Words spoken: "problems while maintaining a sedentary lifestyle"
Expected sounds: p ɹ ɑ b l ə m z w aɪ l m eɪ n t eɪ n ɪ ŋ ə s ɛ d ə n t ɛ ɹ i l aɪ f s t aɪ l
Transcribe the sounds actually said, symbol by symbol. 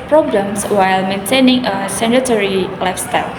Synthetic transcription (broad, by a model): p ɹ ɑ b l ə m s w aɪ l m eɪ n t eɪ n ɪ ŋ ə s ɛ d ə t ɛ ɹ i l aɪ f s t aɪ l